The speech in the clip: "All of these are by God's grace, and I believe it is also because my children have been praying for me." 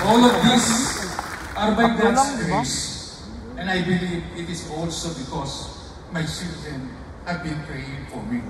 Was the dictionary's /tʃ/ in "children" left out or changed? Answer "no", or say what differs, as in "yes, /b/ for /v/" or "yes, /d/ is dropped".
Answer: yes, /s/ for /tʃ/